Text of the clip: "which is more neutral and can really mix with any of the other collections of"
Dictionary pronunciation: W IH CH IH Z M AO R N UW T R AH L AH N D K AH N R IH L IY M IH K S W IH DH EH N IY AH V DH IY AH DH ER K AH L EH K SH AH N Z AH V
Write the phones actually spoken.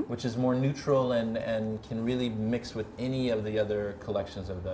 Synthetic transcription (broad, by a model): W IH CH IH Z M AO R N UW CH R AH L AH N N K AH N R IH L IY M IH K S W IH DH EH N IY AH V DH IY AH DH ER K AH L EH K SH AH N Z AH V